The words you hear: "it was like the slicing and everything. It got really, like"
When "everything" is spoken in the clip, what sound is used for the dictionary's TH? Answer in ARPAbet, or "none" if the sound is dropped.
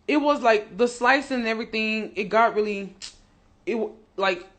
TH